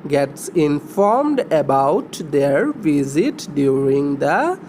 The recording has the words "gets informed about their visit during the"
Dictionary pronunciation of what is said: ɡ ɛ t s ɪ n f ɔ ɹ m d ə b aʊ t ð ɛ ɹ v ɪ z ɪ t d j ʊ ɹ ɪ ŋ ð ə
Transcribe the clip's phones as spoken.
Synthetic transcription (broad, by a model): ɡ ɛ t s ɪ n f ɔ ɹ m d ə b aʊ t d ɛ ɹ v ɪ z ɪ t d j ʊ ɹ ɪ ŋ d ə